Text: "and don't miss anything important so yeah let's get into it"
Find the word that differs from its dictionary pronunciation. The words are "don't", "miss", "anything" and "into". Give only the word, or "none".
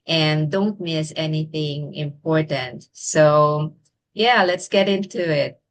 none